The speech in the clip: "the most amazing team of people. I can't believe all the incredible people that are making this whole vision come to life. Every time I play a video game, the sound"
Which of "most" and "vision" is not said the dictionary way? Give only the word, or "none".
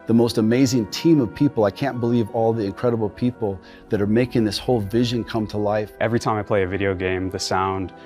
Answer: none